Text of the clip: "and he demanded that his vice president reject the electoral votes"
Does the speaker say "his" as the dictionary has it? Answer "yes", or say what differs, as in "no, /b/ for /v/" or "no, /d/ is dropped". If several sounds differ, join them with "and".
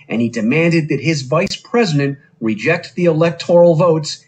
yes